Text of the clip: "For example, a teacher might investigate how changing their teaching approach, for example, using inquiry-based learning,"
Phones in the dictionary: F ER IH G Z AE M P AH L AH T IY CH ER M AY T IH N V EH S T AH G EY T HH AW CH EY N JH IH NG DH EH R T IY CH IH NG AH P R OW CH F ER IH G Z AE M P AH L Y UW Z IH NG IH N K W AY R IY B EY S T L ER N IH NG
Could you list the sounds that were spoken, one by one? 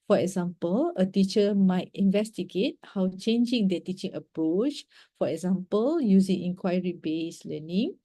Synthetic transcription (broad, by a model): F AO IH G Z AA M P AH L AH T IY CH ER M AY T IH N V EH S T AH G EY T HH AW CH EY N JH IH NG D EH T IY CH IH NG AH P R OW CH F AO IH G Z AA M P AH L Y UW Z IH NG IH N K W AY R IY B EY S L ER N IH NG